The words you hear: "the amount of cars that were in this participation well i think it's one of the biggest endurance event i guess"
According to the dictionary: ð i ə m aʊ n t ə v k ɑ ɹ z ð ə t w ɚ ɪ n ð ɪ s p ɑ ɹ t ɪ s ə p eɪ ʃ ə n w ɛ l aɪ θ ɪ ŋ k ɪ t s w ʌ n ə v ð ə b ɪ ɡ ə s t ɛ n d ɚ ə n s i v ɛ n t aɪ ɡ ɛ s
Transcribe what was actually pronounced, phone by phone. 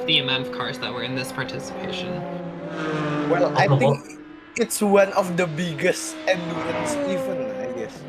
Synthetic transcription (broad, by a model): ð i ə m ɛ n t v k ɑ ɹ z ð ə t w ɚ ɪ n ð ɪ s p ɑ ɹ t ɪ s ə p eɪ ʃ ə n w ɛ l aɪ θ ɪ ŋ k ɪ t s w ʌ n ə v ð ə b ɪ ɡ ə s t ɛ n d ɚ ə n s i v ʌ n aɪ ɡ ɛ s